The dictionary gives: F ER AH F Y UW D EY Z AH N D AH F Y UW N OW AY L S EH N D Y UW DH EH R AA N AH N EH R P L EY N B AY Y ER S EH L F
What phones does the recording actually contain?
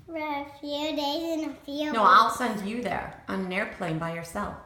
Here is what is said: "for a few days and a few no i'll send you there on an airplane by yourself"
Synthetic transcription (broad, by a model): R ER AH F Y UW D EY Z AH N AH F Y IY N OW AY L S EH N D Y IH DH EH R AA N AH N EH R P L EY N B AY Y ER S EH L F